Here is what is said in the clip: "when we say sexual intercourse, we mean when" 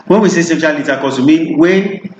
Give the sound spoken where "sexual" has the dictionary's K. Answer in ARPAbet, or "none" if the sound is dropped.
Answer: none